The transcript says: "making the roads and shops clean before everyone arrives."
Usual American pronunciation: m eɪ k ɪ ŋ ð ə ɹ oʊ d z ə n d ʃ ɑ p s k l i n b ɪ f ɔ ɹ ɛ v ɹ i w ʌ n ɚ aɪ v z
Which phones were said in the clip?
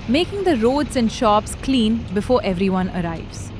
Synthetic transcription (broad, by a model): m eɪ k ɪ ŋ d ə ɹ oʊ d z ə n d ʃ ɑ p s k l i n b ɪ f ɔ ɹ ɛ v ɹ i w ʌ n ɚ aɪ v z